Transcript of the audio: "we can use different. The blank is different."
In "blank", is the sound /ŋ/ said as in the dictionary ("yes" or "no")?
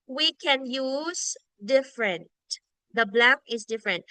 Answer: no